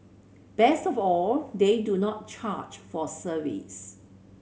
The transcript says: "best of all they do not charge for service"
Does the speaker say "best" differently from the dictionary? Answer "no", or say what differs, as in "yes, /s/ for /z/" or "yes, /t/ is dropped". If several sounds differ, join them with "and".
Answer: no